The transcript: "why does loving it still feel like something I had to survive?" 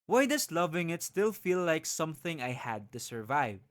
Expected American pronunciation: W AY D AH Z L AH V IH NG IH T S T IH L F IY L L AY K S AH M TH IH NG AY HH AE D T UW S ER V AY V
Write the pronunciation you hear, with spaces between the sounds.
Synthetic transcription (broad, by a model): W AY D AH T L AH V IH NG IH T S T IH L F IY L L AY K S AH M TH IH NG AY HH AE D T UW S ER V AY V